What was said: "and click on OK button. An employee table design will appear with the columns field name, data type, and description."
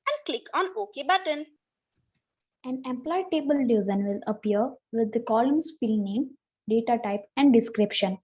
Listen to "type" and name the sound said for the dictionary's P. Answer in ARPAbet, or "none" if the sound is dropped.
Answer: P